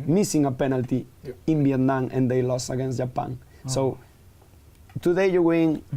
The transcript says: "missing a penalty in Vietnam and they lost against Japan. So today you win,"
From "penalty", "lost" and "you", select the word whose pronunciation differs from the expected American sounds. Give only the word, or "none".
lost